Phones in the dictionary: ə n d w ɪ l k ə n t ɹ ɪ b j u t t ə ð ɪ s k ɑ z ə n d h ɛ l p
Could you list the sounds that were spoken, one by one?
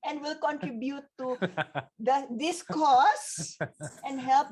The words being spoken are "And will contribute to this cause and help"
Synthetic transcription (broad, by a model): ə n d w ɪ l k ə n t ɹ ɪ b j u t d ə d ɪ s k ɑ s ə n d h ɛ l p